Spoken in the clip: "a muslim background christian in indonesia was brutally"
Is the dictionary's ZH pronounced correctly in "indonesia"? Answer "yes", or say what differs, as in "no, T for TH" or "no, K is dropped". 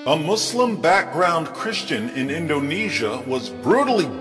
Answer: yes